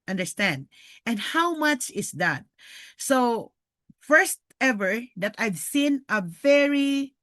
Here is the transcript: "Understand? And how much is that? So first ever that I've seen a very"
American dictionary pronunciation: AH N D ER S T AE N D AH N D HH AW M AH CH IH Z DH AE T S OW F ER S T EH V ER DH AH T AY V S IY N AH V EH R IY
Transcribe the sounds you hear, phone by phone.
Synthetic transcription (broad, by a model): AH N D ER S T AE N D AH N D HH AW M AH CH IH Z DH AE T S OW F ER S T EH V ER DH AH T AY V S IY N AH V EH R IY